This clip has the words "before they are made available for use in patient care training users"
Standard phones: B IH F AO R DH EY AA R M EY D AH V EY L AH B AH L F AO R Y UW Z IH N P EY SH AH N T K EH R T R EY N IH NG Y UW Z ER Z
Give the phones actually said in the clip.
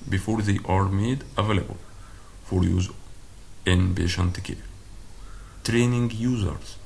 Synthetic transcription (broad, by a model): B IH F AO R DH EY AA R M EY D AH V EY L AH B AH L F AO R Y UW Z IH N B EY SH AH N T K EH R T R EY N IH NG Y UW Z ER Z